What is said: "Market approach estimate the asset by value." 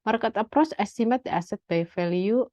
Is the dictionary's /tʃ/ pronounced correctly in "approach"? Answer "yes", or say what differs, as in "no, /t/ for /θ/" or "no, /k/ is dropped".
no, /s/ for /tʃ/